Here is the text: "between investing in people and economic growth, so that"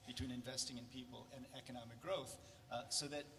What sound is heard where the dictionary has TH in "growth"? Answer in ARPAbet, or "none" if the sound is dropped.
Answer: TH